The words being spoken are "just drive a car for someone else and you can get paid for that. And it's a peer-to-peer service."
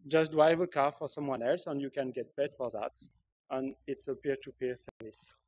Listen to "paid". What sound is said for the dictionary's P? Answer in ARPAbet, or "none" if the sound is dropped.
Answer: B